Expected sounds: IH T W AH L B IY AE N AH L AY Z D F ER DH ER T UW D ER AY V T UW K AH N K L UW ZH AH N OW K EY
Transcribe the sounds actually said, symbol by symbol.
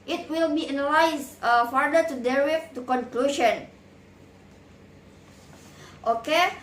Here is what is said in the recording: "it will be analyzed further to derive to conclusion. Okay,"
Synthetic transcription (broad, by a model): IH T W AH L B IY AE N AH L AY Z F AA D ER T UW D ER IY F T UW K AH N K L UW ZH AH N OW K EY